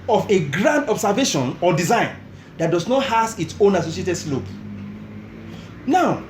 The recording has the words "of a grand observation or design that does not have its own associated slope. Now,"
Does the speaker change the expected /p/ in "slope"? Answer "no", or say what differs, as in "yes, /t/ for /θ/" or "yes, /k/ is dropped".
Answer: yes, /b/ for /p/